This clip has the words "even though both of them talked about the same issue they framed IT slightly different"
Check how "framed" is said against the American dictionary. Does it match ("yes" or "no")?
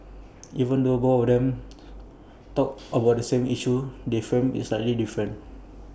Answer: no